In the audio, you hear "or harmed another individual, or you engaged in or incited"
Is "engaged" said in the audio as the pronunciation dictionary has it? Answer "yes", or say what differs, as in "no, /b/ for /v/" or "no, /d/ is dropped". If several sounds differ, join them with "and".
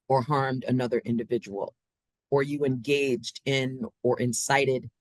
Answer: yes